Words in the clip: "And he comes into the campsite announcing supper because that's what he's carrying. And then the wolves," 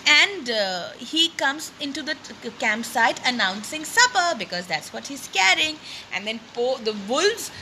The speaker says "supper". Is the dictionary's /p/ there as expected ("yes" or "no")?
yes